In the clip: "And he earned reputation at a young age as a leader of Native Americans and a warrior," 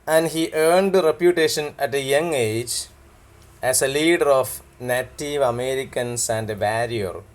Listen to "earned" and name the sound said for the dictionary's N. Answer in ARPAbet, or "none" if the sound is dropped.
N